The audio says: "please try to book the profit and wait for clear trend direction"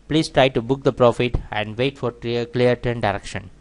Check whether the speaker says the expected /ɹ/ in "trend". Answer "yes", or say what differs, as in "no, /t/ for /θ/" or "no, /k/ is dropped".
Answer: no, /ɹ/ is dropped